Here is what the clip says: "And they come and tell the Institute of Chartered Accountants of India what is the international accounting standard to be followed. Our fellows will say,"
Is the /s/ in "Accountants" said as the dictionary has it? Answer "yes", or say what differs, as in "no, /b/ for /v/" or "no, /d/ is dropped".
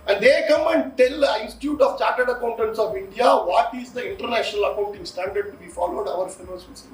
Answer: yes